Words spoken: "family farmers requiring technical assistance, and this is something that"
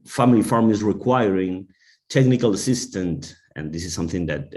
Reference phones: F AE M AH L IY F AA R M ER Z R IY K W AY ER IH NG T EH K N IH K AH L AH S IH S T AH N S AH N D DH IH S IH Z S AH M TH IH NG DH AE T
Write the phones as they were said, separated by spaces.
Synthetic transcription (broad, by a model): F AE M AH L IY F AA R M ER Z R IY K W AY ER IH NG T EH K N IH K AH L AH S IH S T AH N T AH N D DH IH S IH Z S AH M TH IH NG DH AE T